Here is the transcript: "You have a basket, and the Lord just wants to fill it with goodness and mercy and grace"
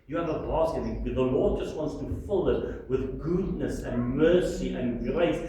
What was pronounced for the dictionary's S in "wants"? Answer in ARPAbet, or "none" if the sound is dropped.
S